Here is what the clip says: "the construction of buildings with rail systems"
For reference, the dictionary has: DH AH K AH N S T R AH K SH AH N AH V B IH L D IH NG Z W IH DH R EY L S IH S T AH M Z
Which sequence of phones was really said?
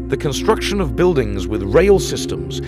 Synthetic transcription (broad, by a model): DH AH K AH N S T R AH K SH AH N AH V B IH L D IH NG Z W IH DH R EY L S IH S T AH M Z